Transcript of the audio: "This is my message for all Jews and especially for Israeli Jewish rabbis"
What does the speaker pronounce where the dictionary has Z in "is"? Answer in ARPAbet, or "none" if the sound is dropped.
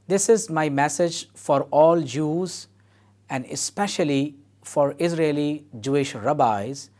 Z